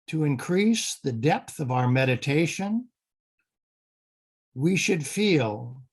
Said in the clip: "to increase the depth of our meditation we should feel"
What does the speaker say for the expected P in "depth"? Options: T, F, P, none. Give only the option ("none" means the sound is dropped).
P